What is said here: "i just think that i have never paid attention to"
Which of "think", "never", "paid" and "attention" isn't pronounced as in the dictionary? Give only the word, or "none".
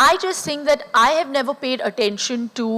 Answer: think